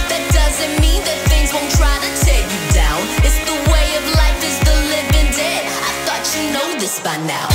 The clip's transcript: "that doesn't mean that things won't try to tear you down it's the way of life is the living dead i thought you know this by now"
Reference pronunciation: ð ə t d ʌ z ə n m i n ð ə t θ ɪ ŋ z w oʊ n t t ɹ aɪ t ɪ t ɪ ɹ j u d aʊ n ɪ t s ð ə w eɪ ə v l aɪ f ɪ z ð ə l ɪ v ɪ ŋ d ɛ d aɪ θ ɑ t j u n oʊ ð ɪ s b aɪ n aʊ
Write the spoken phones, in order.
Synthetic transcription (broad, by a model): ð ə t d ʌ z ə n m i n ð ə t θ ɪ ŋ z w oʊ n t t ɹ aɪ t ɪ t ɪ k j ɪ d aʊ n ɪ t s ð ə w eɪ ə v l aɪ f ɪ z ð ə l ɪ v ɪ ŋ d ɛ aɪ θ ɑ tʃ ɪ n oʊ ð ɪ s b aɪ n aʊ